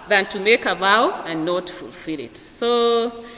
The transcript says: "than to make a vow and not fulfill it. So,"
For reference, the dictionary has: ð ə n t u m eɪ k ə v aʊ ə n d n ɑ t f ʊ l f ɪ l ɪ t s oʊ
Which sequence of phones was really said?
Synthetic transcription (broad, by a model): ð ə n t u m eɪ k ə b aʊ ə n n ɑ t f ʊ l f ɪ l ɪ t s oʊ